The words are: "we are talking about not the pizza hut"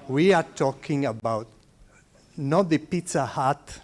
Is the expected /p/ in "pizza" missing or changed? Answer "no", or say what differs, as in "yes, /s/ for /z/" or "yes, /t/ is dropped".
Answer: no